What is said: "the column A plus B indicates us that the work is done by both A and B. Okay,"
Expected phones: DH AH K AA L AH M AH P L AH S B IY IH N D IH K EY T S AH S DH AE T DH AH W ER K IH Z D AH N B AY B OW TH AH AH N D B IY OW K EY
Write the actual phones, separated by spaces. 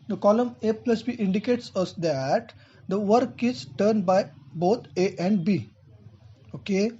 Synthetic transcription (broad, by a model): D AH K AA L AH M AH P L AH S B IY IH N D IH K EY T S AH S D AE T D AH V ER K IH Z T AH N B AY B OW T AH AH N D B IY OW K EY